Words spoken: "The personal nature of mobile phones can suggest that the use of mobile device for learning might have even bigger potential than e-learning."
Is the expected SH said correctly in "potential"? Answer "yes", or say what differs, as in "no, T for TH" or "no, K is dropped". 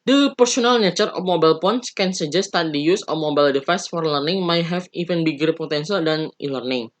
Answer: no, S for SH